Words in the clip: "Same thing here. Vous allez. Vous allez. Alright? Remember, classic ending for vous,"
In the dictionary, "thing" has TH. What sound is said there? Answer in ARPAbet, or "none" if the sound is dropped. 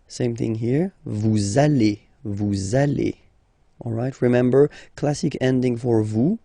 TH